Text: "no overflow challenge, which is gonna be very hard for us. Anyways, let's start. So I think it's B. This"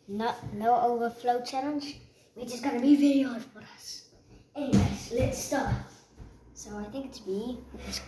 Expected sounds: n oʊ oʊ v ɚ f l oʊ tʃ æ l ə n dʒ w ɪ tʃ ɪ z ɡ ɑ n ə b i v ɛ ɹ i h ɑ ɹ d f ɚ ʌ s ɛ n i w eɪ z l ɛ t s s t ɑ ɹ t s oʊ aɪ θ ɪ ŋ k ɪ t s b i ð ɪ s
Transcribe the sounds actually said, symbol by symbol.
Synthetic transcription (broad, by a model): n oʊ oʊ v ɚ f l oʊ tʃ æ l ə n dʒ w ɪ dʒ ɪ s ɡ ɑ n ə b i v ɛ ɹ i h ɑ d f ɚ ʌ s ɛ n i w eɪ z l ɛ t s s t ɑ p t s oʊ aɪ θ ɪ ŋ k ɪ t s b i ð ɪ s